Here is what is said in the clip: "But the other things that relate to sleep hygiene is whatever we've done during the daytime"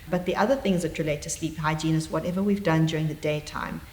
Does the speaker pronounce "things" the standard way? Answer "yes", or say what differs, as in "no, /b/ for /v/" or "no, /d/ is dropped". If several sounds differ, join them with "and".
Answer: yes